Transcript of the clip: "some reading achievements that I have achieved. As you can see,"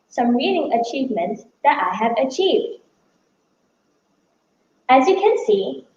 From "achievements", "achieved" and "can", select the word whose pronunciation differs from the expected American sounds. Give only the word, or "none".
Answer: none